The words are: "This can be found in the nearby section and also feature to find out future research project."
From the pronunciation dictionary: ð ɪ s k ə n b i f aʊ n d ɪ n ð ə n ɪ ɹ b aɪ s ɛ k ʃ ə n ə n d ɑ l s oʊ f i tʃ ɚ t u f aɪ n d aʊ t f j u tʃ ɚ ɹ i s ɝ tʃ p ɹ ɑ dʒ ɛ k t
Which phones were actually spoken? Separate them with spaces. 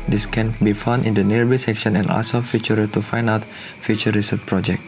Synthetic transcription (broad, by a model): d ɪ s k ə n b i f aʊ n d ɪ n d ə n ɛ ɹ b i s ɛ k ʃ ə n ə n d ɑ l s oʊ f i tʃ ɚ t u f aɪ n d aʊ t f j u tʃ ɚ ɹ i s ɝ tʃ p ɹ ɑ dʒ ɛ k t